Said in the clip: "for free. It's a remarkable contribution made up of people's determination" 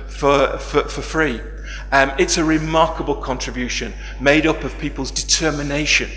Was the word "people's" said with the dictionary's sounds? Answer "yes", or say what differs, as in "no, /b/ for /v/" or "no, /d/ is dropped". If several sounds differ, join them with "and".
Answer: yes